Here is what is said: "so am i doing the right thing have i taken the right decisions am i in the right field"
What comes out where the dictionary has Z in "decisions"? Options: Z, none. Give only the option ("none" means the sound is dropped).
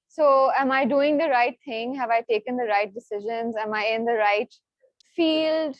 Z